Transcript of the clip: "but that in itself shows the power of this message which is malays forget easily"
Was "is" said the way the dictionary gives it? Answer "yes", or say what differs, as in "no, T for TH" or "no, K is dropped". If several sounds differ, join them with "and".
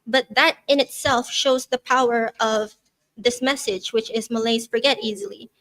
yes